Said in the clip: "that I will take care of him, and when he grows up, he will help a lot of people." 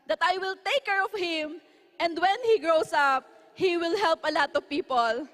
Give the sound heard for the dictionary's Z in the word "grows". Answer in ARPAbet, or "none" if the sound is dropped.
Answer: S